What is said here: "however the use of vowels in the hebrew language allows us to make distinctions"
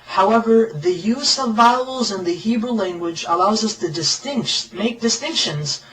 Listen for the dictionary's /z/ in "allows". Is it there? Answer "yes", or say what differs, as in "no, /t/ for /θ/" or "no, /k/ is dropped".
yes